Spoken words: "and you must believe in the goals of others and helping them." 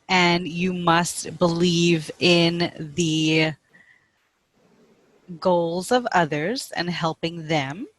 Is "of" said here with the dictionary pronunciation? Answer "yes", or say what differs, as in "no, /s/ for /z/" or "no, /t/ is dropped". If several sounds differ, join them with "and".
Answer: yes